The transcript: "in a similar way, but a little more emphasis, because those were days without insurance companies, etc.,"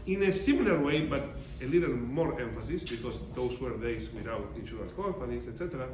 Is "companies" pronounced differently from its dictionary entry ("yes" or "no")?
yes